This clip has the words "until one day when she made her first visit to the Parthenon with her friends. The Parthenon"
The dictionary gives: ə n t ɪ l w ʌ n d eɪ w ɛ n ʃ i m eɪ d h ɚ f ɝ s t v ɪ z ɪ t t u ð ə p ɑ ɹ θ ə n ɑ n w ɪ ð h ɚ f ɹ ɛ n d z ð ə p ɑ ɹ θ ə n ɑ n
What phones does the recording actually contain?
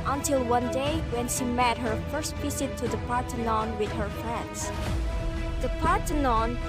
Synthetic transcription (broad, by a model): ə n t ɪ l w ʌ n d eɪ w ɛ n ʃ i m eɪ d h ɚ f ɝ s t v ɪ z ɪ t t u ð ə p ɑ ɹ t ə n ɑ n w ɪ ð h ɚ f ɹ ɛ n d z ð ə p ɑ ɹ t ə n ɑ n